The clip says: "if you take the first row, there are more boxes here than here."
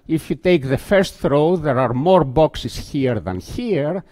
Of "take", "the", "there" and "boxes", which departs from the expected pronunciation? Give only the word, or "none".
boxes